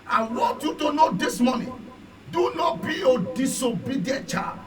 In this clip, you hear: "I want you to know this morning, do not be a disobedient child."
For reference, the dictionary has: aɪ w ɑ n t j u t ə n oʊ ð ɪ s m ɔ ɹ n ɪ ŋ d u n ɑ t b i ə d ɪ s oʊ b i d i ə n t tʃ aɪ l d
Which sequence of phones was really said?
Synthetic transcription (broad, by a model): aɪ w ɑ t j u t ə n oʊ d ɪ s m ɔ n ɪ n d u n ɑ t b i ə d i s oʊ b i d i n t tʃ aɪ